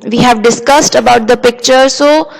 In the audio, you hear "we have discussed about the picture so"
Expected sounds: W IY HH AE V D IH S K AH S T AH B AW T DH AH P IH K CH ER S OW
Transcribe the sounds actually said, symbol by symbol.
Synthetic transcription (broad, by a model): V IY HH AE V D IH S K AH S T AH B AW T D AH P IH K CH ER S OW